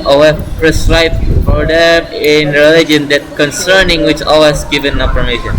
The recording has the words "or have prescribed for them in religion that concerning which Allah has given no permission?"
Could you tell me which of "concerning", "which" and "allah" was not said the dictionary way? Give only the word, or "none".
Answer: allah